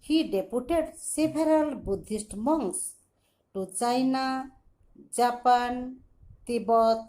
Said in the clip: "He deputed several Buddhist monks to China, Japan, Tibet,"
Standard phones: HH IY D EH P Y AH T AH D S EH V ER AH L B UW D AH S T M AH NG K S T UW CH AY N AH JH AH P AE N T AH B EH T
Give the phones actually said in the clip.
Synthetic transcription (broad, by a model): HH IY D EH P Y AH T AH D S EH B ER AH L B UW D AH S T M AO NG S T UW CH AY N AH JH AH P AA N T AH B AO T